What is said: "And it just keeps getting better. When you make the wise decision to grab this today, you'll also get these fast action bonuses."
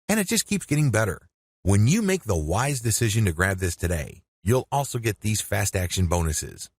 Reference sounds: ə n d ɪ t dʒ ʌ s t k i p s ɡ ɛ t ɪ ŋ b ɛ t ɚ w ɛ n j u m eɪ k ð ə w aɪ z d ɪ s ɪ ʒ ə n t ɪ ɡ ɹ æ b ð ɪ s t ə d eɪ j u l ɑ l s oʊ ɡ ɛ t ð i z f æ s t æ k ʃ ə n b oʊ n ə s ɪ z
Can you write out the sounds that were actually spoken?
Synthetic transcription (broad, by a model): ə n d ɪ t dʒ ʌ s k i p s ɡ ɛ t ɪ ŋ b ɛ t ɚ w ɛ n j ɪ m eɪ k ð ə w aɪ z d ɪ s ɪ ʒ ə n t ɪ ɡ ɹ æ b ð ɪ s t ə d eɪ j u l ɑ l s oʊ ɡ ɛ t ð i z f æ s t æ k ʃ ə n b oʊ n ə s ɪ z